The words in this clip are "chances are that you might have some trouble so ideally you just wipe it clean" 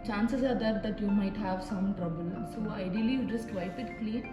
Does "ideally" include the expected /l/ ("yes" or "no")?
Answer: no